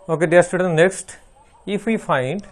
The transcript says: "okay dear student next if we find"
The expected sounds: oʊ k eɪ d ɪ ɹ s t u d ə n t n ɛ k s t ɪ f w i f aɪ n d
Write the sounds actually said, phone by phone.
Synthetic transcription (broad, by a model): oʊ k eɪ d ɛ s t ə t n ɛ k s t ɪ f w i f aɪ n d